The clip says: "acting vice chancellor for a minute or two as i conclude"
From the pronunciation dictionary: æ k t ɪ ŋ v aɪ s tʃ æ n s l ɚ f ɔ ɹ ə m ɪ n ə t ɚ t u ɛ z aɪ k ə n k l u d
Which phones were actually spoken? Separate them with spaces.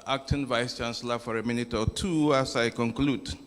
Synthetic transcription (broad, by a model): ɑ k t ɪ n v aɪ s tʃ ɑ n s l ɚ f ɔ ɹ ə m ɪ n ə t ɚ t u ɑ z aɪ k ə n k l u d